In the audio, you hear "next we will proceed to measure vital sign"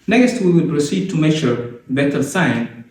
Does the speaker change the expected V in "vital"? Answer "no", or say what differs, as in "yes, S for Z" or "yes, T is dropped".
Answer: yes, B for V